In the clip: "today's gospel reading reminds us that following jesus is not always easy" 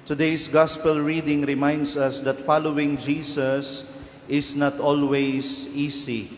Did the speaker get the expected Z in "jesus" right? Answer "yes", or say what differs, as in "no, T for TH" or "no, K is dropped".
no, S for Z